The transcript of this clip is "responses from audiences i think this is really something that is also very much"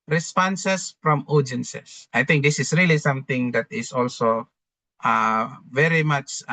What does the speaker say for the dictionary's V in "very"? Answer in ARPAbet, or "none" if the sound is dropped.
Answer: V